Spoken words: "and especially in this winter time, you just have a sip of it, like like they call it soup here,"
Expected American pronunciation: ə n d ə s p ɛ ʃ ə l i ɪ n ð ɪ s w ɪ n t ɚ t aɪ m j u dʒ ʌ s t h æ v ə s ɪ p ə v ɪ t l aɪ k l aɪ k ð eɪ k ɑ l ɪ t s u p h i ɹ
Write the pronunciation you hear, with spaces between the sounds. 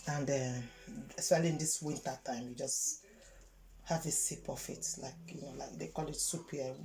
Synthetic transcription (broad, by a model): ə n d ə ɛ s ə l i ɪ n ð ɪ s w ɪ n t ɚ t aɪ m j u dʒ ʌ s t h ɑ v ə s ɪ p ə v ɪ t l aɪ k l aɪ k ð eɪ k ɑ l ɪ t s u p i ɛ